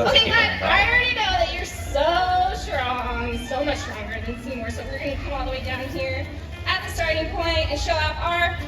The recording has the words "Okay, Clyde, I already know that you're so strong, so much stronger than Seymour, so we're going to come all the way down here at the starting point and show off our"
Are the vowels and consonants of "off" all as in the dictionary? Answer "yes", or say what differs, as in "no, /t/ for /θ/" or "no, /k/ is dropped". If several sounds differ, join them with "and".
no, /p/ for /f/